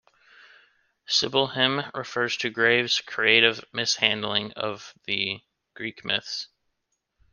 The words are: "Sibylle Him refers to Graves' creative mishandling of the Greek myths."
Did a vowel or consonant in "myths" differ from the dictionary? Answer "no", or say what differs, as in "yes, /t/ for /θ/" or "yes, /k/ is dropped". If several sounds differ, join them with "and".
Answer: no